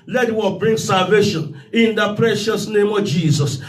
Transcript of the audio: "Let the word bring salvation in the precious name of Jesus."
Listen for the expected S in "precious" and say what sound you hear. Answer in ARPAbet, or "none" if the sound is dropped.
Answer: S